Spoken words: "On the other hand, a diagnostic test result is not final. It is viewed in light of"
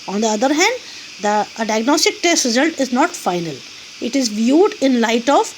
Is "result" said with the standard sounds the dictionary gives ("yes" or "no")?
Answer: yes